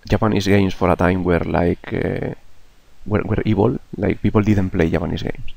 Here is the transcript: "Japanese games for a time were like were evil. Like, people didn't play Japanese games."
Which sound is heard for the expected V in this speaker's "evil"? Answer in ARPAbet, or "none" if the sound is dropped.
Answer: B